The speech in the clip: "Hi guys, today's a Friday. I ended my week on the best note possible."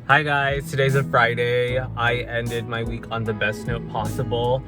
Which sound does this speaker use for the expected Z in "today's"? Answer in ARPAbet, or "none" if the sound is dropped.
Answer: Z